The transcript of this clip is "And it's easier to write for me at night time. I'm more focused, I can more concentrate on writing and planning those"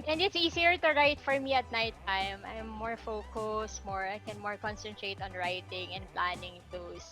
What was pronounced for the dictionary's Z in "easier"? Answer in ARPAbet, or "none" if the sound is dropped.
S